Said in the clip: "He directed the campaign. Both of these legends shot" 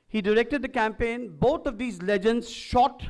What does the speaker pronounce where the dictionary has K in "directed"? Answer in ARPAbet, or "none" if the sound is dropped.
K